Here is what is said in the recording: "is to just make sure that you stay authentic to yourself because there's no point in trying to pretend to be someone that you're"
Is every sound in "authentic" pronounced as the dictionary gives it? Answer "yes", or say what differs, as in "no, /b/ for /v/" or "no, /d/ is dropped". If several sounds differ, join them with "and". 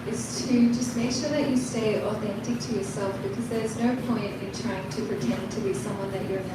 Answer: yes